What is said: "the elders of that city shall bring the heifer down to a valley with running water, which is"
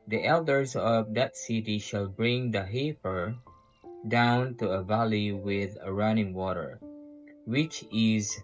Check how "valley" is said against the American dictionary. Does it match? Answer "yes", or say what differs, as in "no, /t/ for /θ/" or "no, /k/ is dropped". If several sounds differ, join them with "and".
yes